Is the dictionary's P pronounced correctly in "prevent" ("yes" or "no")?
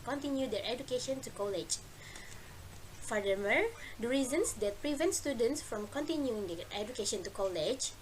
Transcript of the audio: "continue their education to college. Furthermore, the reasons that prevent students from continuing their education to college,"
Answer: yes